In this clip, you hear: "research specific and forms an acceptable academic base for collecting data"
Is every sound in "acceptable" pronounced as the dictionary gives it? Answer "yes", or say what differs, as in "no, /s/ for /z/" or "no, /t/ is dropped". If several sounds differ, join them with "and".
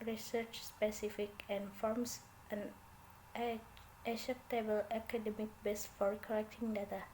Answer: no, /k/ is dropped